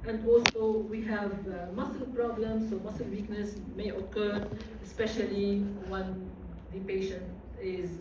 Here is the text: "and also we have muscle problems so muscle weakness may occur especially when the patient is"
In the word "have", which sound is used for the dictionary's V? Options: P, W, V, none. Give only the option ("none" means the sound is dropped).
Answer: V